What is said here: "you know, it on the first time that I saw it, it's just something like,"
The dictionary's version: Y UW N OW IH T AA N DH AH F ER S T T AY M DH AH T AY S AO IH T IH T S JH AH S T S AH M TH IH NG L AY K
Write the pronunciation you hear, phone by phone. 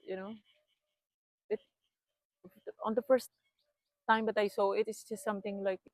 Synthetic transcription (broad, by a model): Y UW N OW IH T AA N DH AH F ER S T T AY M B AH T AY S AO IH T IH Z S JH AH S T S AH M T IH NG L AY K